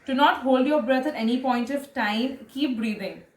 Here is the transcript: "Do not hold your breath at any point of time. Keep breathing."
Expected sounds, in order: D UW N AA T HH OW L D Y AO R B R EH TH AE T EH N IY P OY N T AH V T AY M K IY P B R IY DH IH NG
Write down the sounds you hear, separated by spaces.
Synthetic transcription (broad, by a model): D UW N AA T HH OW L D Y AO R B R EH T AE T EH N IY P OY N T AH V T AY M K IY P B R IY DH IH NG